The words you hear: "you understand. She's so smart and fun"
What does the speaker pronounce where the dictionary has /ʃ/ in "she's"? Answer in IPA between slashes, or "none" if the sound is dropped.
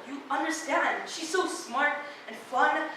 /ʃ/